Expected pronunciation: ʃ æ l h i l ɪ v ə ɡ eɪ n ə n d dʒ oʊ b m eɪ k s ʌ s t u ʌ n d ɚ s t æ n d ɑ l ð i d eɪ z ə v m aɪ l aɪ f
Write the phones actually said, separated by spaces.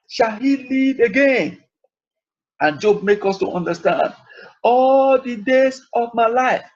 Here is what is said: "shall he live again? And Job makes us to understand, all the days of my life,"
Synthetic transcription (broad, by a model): ʃ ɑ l h i l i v ə ɡ eɪ n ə n dʒ oʊ b m eɪ k ʌ s t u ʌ n d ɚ s t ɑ n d ɑ l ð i d eɪ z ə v m aɪ l aɪ f